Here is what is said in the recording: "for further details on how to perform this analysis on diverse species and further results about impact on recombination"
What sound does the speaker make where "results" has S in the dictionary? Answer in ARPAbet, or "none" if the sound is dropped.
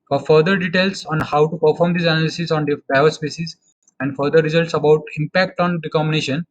S